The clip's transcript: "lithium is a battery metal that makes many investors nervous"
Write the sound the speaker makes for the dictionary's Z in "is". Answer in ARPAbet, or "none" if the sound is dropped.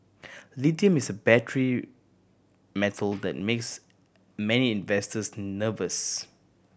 S